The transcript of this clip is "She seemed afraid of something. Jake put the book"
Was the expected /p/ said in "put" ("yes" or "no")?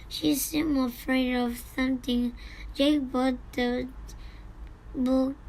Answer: no